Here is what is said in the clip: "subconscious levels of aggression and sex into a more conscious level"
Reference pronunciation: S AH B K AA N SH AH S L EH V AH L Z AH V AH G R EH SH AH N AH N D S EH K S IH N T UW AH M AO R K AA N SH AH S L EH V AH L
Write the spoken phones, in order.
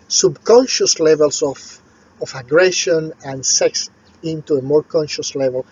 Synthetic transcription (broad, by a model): S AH B K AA N SH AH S L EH V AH L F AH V AH G R EH SH AH N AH N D S EH K S IH N T UW AH M AO R K AA N SH AH S L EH V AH L